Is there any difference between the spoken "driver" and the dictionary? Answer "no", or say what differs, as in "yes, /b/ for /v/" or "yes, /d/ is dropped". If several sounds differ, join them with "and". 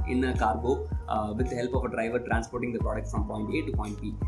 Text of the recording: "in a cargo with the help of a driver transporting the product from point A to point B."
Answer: no